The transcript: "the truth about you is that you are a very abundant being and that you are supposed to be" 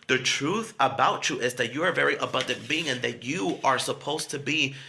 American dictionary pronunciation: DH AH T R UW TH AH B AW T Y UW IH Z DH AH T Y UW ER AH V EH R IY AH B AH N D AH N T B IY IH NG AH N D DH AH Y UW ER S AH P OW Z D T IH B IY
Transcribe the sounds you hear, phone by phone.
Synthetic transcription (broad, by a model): DH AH T R UW TH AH B AW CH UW IH Z DH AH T Y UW ER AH V EH R IY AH B AH N D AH N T B IY IH NG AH N DH AH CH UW ER S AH P OW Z T IH B IY